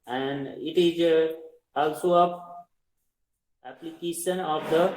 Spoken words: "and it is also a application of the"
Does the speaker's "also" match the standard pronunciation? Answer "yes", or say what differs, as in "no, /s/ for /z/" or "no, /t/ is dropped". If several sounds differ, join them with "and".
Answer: yes